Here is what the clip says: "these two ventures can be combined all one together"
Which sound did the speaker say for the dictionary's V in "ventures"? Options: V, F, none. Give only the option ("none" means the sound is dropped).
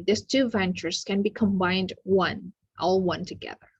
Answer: V